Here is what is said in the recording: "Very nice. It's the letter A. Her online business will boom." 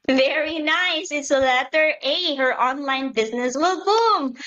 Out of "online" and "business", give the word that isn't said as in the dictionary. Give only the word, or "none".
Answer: none